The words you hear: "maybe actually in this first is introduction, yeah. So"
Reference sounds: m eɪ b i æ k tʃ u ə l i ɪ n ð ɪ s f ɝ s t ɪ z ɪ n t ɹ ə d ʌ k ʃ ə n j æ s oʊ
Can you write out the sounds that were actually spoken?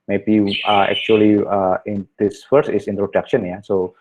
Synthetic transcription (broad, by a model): m eɪ b i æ k tʃ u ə l i ɪ n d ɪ s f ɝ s ɪ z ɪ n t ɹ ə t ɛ k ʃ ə n j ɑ s oʊ